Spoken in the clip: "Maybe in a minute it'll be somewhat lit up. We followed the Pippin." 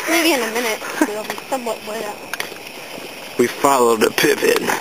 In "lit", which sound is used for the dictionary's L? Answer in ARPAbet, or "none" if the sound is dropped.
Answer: W